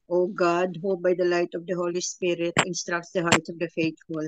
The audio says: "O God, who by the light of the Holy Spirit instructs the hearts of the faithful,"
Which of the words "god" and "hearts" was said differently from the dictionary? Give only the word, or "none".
hearts